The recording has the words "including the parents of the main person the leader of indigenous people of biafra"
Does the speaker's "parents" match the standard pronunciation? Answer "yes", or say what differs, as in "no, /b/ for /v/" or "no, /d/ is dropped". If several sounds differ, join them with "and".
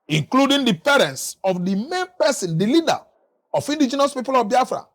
yes